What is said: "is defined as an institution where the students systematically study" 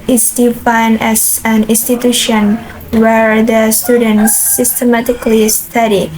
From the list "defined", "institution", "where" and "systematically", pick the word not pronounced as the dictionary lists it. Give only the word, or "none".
none